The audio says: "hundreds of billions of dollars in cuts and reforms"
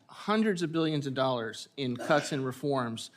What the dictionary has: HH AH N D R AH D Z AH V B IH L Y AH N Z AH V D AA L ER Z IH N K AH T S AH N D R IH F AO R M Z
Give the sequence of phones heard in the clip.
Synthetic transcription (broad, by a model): HH AH N D R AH D Z AH V B IH L Y AH N Z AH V D AA L ER Z IH N K AH T S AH N R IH F AO R M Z